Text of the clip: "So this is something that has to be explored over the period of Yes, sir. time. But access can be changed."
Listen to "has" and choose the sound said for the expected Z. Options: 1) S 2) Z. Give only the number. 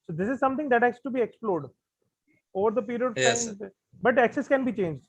1